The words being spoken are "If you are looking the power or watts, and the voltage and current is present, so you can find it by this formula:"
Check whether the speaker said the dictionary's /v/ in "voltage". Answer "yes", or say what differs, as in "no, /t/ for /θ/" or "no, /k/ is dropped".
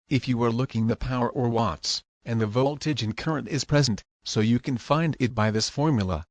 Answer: yes